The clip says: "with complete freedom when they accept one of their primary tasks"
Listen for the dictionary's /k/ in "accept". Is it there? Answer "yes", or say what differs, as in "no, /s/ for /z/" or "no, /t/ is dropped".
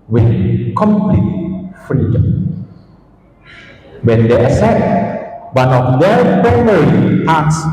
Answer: no, /k/ is dropped